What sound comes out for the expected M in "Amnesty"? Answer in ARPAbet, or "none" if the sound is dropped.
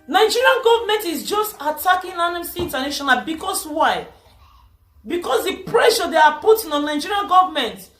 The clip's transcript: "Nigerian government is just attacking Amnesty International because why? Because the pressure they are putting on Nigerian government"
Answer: none